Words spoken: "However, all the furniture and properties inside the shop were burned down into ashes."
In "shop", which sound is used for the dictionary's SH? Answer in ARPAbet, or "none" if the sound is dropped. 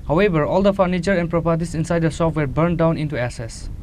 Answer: S